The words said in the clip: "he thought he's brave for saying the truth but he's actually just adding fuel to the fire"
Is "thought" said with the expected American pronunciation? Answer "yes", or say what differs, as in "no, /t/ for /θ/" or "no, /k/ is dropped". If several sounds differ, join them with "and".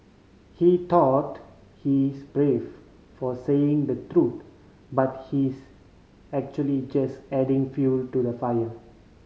no, /t/ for /θ/